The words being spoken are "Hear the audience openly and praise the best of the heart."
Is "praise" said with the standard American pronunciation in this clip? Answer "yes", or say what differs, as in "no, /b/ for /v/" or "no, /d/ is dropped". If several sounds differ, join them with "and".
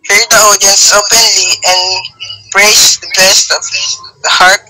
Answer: no, /s/ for /z/